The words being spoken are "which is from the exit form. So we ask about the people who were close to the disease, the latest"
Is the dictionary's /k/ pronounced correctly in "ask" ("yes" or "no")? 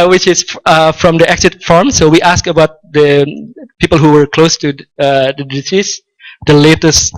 yes